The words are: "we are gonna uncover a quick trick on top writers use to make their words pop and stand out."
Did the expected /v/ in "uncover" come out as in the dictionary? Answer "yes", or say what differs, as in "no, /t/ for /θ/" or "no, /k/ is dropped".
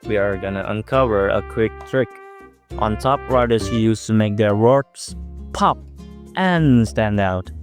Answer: yes